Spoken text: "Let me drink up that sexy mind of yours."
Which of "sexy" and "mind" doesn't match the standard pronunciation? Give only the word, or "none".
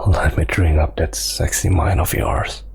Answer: mind